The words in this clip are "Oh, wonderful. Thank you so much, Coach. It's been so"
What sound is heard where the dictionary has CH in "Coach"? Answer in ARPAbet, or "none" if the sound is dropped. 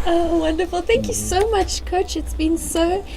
CH